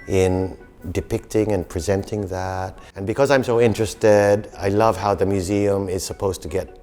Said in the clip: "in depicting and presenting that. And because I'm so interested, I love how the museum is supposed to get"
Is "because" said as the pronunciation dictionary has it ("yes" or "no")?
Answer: yes